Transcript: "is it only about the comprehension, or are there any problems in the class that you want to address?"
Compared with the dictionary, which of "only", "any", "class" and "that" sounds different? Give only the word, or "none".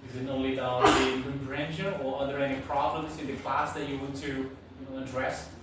only